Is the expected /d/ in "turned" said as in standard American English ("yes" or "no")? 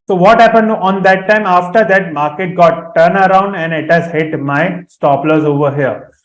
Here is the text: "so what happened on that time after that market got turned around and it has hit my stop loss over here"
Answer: no